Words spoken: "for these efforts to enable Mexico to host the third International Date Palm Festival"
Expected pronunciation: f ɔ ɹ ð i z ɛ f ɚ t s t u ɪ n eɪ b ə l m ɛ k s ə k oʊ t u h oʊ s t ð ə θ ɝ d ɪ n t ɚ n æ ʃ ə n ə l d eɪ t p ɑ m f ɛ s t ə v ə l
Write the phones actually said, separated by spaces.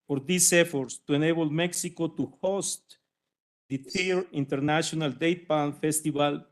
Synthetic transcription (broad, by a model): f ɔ ɹ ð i s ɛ f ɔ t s t u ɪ n eɪ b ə l m ɛ k s ə k oʊ t u h oʊ s t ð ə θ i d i n t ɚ n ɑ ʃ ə n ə l d eɪ t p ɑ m f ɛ s t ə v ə l